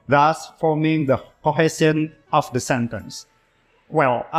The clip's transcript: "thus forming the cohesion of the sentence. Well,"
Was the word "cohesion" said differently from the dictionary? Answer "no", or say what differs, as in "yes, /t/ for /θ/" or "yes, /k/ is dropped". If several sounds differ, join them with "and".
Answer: yes, /s/ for /ʒ/